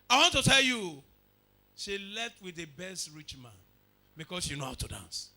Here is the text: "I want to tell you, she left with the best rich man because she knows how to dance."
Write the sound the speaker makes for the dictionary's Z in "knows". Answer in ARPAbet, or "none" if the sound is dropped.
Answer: none